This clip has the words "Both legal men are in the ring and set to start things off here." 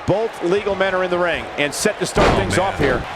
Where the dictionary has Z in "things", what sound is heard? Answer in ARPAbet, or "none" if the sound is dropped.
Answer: Z